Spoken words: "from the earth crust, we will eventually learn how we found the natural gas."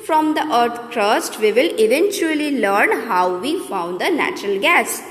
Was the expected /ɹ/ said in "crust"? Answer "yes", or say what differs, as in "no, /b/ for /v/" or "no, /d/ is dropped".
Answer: yes